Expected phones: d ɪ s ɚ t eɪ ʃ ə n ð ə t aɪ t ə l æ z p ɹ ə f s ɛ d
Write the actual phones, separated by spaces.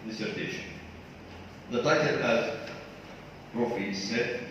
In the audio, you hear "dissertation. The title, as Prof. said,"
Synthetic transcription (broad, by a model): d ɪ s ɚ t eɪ ʃ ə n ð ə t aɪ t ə n æ z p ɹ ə f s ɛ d